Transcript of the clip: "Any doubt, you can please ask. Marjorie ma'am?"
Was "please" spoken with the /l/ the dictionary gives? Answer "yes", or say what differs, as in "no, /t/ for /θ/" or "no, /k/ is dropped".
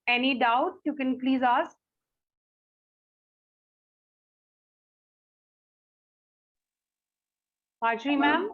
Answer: yes